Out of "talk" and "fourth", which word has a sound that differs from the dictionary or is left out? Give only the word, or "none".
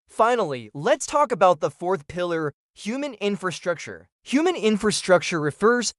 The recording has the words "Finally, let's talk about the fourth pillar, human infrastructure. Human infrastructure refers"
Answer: none